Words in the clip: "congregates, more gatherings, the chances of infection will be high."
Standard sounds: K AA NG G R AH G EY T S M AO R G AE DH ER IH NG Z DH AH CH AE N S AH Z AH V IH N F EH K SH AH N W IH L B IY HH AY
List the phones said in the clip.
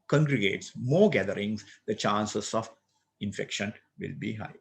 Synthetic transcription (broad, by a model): K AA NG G R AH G EY T S M AO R G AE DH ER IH NG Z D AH CH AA N S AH S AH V IH N F EH K SH AH N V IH L B IY HH AY